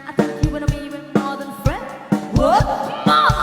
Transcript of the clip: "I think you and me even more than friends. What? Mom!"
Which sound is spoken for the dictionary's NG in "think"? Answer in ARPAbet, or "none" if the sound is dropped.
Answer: none